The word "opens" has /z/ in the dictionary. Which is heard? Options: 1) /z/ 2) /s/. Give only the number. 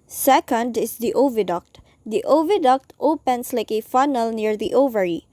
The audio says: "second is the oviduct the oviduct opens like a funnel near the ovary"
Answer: 2